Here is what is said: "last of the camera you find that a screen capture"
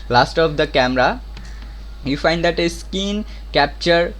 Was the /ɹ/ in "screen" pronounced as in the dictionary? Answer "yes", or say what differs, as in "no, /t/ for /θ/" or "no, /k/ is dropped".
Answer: no, /ɹ/ is dropped